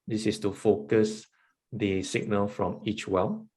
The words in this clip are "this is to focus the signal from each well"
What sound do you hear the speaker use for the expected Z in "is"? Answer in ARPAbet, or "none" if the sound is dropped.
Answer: S